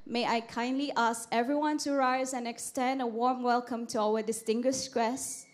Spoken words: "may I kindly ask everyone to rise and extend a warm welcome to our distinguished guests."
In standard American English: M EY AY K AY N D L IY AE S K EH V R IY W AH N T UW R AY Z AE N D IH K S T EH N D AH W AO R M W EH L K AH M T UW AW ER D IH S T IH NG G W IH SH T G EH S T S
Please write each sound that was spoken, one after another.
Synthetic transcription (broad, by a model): M EY AY K AY N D L IY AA S K EH V R IY W AH N T UW R AY Z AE N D IH K S T EH N D AH W AO R M W EH L K AH M T UW AW ER D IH S T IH NG G W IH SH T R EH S S